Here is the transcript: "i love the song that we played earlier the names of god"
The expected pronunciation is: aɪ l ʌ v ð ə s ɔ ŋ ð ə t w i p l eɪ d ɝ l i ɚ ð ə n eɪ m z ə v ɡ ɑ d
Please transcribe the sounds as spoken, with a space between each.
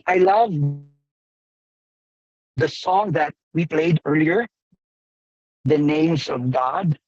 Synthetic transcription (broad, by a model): aɪ l ʌ v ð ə s ɔ ŋ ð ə t w i p l eɪ d ɝ l i ɚ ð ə n eɪ m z ə v ɡ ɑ d